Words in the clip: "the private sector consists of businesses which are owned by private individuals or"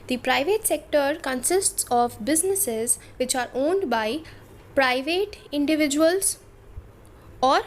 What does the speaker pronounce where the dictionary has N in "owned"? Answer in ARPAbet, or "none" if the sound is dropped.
N